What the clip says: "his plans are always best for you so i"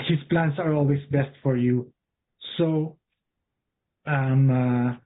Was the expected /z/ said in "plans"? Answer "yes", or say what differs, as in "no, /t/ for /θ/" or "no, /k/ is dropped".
no, /s/ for /z/